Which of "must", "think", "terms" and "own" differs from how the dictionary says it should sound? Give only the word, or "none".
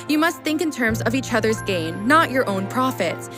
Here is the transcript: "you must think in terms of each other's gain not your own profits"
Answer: none